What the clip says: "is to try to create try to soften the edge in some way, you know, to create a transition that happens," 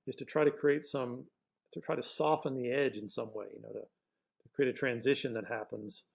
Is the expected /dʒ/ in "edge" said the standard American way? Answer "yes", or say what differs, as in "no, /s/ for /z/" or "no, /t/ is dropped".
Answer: yes